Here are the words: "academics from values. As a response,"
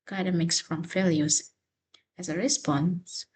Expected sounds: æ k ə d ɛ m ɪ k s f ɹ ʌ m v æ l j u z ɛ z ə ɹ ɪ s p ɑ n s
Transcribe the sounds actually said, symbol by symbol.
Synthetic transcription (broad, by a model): k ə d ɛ m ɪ k s f ɹ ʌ m f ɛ l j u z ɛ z ə ɹ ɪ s p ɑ n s